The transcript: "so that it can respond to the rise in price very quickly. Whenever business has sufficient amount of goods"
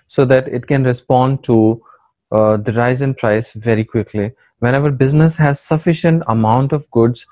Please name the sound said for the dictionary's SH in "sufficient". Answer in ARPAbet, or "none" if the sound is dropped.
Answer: SH